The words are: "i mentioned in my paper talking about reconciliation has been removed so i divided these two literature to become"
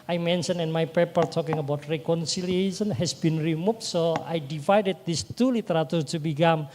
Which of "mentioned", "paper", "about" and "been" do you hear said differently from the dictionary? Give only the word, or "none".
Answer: mentioned